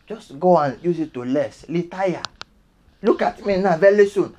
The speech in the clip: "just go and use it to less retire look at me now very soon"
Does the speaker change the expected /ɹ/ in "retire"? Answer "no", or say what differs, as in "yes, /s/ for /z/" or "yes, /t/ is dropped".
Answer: yes, /l/ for /ɹ/